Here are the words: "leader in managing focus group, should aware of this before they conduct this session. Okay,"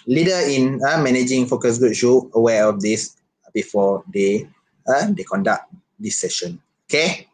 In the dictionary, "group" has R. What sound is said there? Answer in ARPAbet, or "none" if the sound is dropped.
none